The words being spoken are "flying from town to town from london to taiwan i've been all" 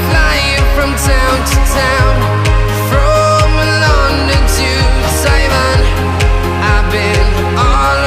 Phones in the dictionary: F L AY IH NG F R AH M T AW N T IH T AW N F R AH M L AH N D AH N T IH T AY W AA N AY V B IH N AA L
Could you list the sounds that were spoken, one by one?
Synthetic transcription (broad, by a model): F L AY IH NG F R AH M T AW N T IH T AW N F R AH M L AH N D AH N T IH S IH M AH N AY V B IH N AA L